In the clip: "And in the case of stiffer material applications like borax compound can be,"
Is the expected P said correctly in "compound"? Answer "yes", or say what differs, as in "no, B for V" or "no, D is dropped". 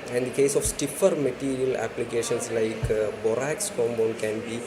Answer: no, B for P